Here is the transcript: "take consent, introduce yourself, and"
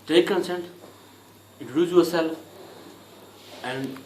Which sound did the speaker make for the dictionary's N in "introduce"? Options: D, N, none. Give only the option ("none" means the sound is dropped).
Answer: none